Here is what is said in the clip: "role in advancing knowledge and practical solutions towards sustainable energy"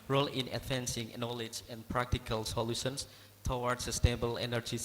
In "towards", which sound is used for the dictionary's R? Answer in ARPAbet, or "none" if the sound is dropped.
W